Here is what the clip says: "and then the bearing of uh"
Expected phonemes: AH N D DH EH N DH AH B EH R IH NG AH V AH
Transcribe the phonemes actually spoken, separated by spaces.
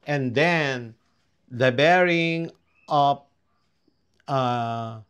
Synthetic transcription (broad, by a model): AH N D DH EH N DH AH B EH R IH NG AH P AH